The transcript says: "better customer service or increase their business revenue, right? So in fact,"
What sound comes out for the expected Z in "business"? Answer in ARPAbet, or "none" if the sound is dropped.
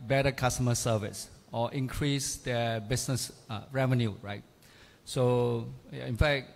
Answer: S